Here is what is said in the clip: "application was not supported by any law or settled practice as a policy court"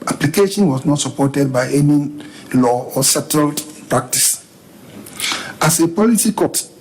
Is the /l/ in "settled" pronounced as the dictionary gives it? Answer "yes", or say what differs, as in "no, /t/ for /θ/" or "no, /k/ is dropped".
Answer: yes